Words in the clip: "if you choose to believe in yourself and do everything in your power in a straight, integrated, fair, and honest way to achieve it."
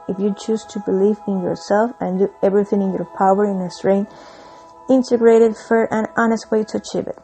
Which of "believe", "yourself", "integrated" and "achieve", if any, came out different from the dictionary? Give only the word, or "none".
none